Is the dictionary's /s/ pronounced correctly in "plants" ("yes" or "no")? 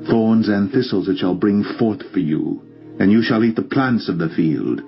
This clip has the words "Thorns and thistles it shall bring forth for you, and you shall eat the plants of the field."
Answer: yes